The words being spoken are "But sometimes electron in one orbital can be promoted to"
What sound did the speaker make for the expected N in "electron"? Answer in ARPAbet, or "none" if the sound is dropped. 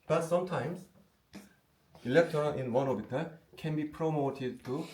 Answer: L